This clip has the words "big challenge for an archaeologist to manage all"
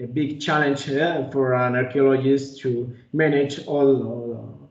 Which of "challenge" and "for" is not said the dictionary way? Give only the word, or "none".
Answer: none